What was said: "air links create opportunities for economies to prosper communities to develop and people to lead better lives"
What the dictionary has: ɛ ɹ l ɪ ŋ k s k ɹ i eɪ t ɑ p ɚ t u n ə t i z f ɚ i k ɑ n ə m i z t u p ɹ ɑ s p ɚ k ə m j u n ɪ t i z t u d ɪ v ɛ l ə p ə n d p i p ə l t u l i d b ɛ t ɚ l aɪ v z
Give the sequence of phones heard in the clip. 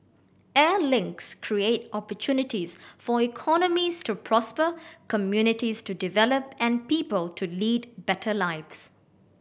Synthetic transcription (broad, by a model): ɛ l ɪ ŋ k s k ɹ i eɪ t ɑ p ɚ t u n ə t i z f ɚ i k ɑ n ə m i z t u p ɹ ɑ s p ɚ k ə m j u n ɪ t i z t u d ɪ v ɛ l ə p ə n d p i p ə l t u l i d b ɛ t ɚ l aɪ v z